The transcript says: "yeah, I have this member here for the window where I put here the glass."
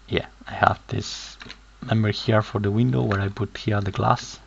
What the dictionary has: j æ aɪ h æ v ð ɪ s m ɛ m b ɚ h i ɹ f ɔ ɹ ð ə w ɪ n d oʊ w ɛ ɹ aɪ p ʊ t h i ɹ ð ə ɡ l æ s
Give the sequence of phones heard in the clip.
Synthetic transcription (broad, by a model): j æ aɪ h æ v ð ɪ s m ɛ m ɚ h i ɹ f ɔ ɹ ð ə w ɪ n d oʊ w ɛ ɹ aɪ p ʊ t h i ɹ ð ə ɡ l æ s